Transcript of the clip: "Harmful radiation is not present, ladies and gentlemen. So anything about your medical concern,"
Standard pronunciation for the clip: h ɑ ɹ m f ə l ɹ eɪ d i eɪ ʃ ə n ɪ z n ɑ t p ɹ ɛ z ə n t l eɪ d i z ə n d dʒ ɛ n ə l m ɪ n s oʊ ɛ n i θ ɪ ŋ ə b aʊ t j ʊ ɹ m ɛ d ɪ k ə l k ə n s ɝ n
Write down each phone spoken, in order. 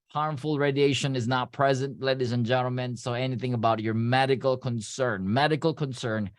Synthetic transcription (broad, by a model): h ɑ ɹ m f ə l ɹ eɪ d i eɪ ʃ ə n ɪ z n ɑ t p ɹ ɛ z ə n t l eɪ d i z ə n dʒ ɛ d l m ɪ n s oʊ ɛ n i θ ɪ ŋ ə b aʊ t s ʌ ɹ m ɛ d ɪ k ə l k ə n s ɝ n